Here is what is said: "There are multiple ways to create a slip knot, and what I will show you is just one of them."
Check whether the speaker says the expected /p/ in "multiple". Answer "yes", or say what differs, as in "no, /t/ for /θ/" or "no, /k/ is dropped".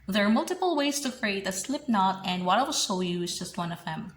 yes